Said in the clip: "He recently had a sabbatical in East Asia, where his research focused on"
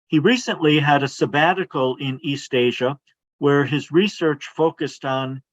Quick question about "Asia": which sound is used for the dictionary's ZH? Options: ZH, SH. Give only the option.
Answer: ZH